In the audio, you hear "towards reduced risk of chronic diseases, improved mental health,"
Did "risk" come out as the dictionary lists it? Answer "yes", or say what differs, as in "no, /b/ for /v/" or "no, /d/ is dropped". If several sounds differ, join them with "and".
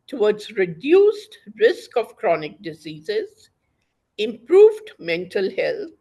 yes